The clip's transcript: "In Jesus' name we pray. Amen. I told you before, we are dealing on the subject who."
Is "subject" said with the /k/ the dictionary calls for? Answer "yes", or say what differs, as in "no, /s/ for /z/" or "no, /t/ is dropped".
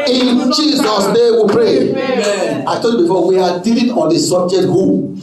no, /k/ is dropped